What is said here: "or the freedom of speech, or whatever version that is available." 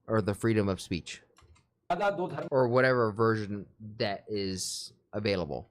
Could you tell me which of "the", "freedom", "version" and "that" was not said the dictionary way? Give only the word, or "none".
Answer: none